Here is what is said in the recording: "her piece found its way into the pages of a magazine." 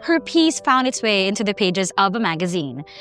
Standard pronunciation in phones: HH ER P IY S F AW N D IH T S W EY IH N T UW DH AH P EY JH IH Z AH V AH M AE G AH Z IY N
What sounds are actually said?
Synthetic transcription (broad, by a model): HH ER P IY S F AW N D IH T S W EY IH N T UW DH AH P EY JH IH Z AH V AH M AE G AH Z IY N